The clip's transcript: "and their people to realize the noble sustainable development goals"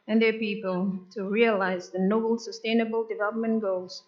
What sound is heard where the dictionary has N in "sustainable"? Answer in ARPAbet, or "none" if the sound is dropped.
N